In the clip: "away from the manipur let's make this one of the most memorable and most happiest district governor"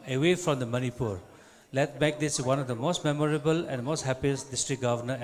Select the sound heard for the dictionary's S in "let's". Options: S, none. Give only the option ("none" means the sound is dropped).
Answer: none